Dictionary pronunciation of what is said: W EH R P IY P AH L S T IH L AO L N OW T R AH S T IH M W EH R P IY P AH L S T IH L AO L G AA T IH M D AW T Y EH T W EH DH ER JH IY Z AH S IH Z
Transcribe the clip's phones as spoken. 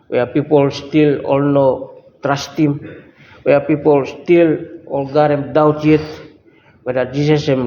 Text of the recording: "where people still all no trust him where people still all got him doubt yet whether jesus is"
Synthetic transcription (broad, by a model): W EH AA P IY P AH L S T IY L AO L N OW T R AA S T IH M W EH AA P IY P AH L S T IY L AO L G AA T IH M D AW T Y EH T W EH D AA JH IY S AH S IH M